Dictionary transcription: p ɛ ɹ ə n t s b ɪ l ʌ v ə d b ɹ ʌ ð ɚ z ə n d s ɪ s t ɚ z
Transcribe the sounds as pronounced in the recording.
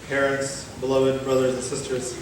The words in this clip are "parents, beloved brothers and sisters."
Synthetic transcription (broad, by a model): p ɛ ɹ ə n t s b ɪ l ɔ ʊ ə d b ɹ ʌ ð ɚ z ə n s ɪ s t ɚ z